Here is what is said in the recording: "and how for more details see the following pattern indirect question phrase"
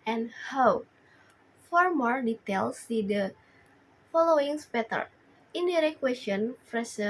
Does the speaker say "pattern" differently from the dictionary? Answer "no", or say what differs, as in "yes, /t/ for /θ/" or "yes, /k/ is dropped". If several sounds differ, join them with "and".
yes, /n/ is dropped